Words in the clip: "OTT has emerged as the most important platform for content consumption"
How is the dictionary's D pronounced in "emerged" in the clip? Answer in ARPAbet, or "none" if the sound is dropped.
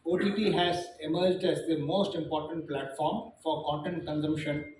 D